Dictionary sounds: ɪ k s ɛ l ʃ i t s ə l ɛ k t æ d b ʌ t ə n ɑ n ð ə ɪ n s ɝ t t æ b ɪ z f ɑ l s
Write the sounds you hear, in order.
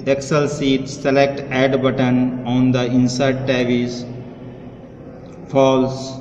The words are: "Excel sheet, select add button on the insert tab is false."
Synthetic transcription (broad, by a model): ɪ k s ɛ l s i t s ə l ɛ k t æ d b ʌ t ə n ɑ n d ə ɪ n s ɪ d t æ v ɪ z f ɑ l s